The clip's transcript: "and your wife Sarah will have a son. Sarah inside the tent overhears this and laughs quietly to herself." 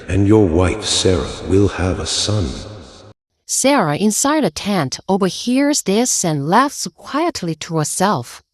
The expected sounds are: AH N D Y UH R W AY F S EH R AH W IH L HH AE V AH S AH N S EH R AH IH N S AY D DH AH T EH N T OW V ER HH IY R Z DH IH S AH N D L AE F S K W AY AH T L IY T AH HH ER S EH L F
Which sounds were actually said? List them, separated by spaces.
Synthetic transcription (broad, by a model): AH N Y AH R W AY F S EH R AH W IH L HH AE V AH S AH N S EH R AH IH N S AY D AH T EH N T OW V ER HH IY R Z DH IH S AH N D L AE F S K W AY AH T L IY T AH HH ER S EH L F